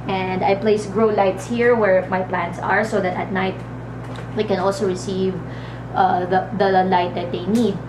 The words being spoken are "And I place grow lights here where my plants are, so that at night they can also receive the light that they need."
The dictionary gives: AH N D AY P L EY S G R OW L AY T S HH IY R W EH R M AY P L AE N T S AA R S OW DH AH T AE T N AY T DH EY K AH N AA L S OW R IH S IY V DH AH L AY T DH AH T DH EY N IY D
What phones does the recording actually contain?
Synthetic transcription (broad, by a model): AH N D AY P L EY S G R OW L AY T S HH IY R W EH R M AY P L AE N T S AA R S OW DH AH T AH T N AY T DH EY K AH N AA L S OW R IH S IY V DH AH L AY T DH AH T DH EY N IY D